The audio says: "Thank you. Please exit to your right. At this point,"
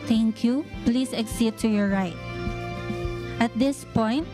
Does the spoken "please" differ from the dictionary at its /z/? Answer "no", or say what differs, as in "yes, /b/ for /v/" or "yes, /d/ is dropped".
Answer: yes, /s/ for /z/